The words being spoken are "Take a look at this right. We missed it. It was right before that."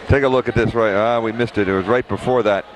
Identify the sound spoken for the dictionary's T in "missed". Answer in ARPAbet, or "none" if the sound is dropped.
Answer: T